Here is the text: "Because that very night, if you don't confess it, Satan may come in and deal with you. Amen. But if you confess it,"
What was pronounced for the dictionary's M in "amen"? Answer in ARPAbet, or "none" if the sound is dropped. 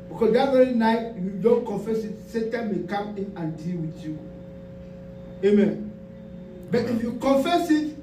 M